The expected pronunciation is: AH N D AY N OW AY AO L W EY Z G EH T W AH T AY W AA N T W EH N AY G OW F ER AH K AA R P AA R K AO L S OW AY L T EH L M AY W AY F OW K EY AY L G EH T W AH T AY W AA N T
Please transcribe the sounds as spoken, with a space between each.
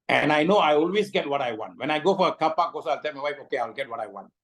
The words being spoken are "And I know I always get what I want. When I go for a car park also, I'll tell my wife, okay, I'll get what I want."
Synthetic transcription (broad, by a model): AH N AY N OW AY AO L W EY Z G EH T W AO T AY W AA N T W EH N AY G OW F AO AH K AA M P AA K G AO S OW AY L T EH L M AY W AY F OW K EY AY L G EH T W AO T AY W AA N T